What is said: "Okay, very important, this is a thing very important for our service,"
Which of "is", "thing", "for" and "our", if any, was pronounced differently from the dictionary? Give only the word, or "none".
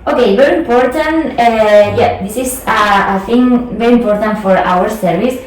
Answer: is